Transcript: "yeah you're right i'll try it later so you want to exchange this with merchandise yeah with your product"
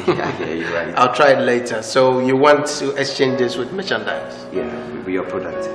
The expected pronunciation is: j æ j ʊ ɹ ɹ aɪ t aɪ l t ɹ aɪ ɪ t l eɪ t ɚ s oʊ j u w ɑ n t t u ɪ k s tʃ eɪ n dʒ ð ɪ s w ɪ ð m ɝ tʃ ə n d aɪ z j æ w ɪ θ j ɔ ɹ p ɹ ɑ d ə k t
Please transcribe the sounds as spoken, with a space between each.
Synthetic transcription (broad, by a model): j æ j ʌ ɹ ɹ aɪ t aɪ l t ɹ aɪ ɪ t l eɪ t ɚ s oʊ j u w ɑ n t t u ɪ k s tʃ eɪ n dʒ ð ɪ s w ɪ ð m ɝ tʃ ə n d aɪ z j æ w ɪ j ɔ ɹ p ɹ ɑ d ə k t